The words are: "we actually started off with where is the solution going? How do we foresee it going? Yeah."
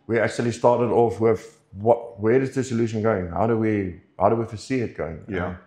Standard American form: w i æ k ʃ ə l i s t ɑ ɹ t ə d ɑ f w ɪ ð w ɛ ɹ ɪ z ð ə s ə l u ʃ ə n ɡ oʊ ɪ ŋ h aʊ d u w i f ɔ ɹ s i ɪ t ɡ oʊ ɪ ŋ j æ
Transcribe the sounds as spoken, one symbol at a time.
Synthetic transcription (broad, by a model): w i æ k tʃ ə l i s t ɑ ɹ t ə d ɑ f w ɪ ð w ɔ w ɪ z ð ə s ə l u ʃ ə n ɡ oʊ ɪ ŋ h aʊ d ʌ w i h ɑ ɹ s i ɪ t ɡ oʊ ɪ ŋ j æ